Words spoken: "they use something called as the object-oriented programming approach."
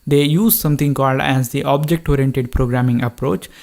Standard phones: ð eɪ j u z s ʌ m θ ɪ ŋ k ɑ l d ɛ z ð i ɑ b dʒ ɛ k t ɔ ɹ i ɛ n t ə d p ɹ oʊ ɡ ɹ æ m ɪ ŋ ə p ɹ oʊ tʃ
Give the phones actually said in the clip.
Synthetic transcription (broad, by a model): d eɪ j u z s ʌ m t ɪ ŋ k ɑ l d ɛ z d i ɑ b dʒ ɛ k t ɔ ɹ i ɛ n t ə d p ɹ oʊ ɡ ɹ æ m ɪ ŋ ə p ɹ oʊ tʃ